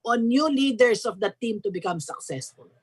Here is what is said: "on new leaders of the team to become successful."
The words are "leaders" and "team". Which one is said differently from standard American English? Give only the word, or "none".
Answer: leaders